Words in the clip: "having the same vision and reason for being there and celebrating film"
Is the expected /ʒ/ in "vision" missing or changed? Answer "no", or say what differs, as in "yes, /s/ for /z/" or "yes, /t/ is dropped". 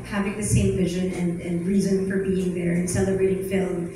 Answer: no